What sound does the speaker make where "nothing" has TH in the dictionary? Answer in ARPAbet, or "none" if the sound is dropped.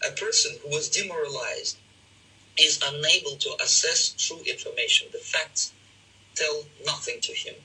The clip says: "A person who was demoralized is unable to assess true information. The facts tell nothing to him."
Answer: TH